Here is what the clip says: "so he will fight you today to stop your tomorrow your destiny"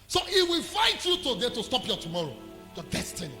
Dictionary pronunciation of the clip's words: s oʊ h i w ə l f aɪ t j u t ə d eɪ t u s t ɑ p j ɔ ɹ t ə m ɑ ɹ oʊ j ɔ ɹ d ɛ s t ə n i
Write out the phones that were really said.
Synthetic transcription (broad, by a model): s oʊ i w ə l f aɪ t j u t ə d eɪ t u s t ɑ p j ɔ t ə m ɑ ɹ oʊ j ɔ d ɛ s t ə n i